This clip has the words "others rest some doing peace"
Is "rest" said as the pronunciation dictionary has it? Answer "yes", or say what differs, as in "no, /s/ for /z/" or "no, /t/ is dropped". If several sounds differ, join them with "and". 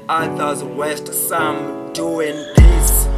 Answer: no, /w/ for /ɹ/